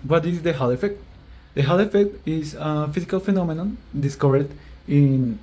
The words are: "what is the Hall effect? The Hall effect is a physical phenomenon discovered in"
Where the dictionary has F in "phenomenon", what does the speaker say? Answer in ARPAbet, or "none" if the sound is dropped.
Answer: F